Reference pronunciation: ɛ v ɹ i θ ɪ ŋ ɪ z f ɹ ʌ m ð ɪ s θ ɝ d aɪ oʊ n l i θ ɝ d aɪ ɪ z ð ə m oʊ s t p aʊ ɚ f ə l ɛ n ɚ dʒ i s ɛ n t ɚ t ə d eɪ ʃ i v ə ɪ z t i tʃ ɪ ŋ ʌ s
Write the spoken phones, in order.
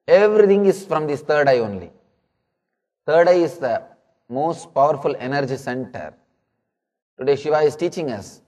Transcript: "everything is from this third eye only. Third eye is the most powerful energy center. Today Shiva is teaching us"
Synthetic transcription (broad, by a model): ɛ v ɹ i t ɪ ŋ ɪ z f ɹ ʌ m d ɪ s t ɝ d aɪ oʊ n l i t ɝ d aɪ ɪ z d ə m oʊ s t p aʊ ɚ f ə l ɛ n ɚ dʒ i s ɛ n t ɚ t ə d eɪ ʃ i v ə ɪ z t i tʃ ɪ ŋ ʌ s